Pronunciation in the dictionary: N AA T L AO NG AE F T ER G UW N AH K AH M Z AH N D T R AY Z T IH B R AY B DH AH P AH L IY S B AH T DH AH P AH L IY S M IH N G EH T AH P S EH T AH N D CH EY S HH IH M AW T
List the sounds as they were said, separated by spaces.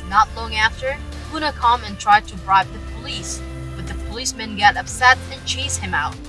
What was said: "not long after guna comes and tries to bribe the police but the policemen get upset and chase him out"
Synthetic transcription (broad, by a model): N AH T L AO NG AE F T ER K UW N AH K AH M AH N T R AY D T IH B R AY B DH AH P AH L IY S B AH T DH AH P AH L IY S M IH N G EH T AH P S EH T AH N CH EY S HH IH M AW T